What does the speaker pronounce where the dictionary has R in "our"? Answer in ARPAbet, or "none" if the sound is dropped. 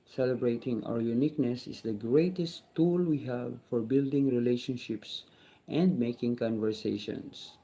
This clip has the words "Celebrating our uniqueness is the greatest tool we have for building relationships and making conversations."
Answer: W